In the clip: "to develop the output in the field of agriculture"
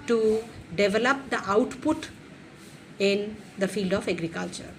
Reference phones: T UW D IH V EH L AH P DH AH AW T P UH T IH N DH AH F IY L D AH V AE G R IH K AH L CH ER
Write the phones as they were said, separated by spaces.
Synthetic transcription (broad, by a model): T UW D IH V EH L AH P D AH AW T P UH T IH N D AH F IY L D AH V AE G R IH K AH L CH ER